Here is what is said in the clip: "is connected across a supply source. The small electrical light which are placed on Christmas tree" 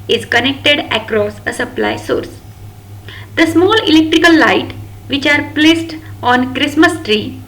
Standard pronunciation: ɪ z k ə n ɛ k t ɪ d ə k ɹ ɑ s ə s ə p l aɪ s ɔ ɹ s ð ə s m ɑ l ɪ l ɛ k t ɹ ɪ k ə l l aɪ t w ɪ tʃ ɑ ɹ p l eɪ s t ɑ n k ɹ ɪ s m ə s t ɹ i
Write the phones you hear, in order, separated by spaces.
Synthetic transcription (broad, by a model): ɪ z k ə n ɛ k t ɪ d ə k ɹ ɑ s ə s ə p l aɪ s ɔ ɹ s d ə s m ɑ l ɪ l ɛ k t ɹ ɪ k ə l l aɪ t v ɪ tʃ ɑ ɹ p l eɪ s t ɑ n k ɹ ɪ s m ə s t ɹ i